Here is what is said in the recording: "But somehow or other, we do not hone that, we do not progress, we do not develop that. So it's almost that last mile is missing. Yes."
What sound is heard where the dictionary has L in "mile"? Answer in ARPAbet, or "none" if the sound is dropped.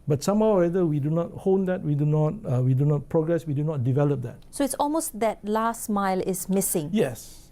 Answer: L